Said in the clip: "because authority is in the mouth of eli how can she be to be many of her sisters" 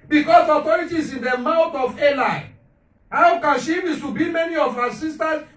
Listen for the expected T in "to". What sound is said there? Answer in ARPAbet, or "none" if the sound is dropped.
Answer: S